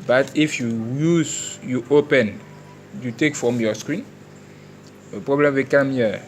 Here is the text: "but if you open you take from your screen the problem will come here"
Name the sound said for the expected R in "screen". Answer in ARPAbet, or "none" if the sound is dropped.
R